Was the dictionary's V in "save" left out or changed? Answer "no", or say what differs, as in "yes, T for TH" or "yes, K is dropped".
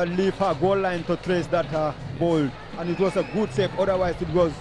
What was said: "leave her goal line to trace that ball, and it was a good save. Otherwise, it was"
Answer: yes, P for V